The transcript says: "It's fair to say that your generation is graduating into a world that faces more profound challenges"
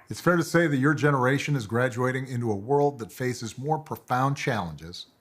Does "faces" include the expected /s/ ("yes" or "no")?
yes